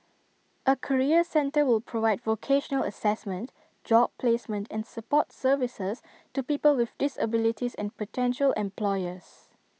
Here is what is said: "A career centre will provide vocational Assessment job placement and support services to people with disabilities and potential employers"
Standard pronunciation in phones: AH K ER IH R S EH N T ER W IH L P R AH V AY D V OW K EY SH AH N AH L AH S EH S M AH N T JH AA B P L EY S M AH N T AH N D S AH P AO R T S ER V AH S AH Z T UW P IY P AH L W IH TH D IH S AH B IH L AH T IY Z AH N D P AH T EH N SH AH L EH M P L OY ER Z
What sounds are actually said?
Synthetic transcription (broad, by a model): AH K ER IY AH S EH N T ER W IH L P R AH V AY D V OW K EY SH AH N AH L AH S EH S M AH N T JH AA B P L EY S M AH N T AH N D S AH P AO T S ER V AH S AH S T UW P IY P AH L W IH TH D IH S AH B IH L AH T IY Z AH N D P AH T EH N SH AH L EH M P L OY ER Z